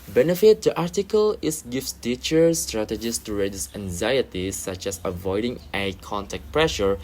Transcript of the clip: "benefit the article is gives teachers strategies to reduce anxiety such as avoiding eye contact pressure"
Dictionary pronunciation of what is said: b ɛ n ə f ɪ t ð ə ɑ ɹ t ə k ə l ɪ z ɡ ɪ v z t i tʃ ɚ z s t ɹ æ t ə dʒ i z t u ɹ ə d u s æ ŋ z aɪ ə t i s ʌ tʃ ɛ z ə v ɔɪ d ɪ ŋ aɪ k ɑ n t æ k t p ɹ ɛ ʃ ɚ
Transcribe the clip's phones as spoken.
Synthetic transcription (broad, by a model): b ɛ n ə f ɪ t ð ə ɑ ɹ t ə k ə l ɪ s ɡ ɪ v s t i tʃ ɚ s t ɹ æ t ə dʒ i s t u ɹ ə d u s æ ŋ z aɪ ə t i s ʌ tʃ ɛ s ə v ɔɪ d ɪ ŋ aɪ k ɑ n t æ k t p ɹ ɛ ʃ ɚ